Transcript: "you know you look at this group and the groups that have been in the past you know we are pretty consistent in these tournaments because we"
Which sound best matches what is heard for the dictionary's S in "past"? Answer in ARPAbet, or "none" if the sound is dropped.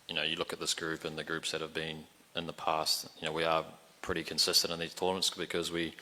S